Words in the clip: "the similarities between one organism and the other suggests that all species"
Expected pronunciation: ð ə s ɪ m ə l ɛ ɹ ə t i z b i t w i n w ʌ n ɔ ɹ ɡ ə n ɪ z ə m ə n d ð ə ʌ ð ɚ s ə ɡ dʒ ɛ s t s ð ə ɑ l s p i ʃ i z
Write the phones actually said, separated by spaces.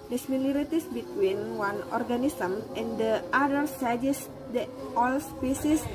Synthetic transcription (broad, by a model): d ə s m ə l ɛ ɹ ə t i s b i t w i n w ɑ n ɔ ɹ ɡ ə n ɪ s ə m ə n d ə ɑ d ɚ s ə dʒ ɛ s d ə ɑ l s p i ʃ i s